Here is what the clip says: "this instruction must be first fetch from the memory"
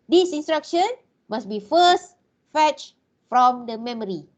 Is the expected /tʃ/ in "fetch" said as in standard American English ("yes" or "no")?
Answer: yes